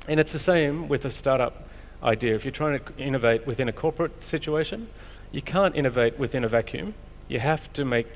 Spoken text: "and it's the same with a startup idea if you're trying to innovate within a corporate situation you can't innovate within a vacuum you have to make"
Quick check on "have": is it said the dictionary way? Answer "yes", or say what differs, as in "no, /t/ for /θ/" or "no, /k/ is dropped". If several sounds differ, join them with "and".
no, /f/ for /v/